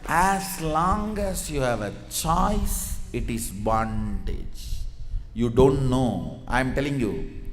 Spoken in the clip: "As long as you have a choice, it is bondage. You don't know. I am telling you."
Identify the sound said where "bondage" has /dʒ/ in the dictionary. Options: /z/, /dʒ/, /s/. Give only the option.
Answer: /dʒ/